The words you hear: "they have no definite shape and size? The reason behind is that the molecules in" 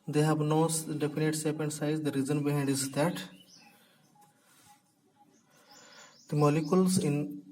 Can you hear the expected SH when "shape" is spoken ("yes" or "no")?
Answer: no